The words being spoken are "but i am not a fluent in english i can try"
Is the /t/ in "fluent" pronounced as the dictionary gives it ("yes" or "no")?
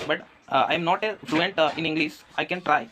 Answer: yes